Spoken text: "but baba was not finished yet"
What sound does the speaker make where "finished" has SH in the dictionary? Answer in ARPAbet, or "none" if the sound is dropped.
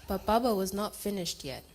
SH